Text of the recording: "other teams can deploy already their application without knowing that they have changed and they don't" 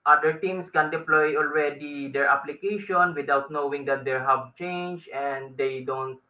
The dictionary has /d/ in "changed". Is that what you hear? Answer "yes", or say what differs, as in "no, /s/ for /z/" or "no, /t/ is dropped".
no, /d/ is dropped